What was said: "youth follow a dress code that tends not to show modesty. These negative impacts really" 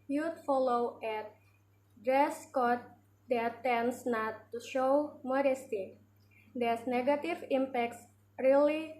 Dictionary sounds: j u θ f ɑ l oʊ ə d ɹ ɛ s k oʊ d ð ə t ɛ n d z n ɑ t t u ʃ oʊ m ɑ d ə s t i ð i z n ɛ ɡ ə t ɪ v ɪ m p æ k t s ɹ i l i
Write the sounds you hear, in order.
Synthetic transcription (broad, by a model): j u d f ɑ l oʊ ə d ɹ ɛ s k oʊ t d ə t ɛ n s n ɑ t t u ʃ oʊ m ɑ d ə s t i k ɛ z n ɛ ɡ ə t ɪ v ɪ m p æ k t s ɹ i l i